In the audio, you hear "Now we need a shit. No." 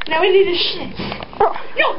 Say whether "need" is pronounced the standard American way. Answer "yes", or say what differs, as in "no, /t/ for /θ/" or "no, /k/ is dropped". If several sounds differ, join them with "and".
no, /l/ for /n/